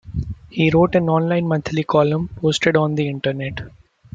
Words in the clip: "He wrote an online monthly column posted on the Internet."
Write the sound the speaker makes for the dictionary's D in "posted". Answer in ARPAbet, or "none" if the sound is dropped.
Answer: D